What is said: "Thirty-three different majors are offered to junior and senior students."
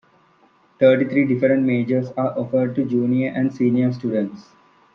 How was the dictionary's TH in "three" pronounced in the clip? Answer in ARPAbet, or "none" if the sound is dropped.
T